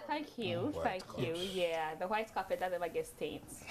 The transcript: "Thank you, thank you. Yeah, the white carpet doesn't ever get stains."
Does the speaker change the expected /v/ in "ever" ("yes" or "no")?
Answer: yes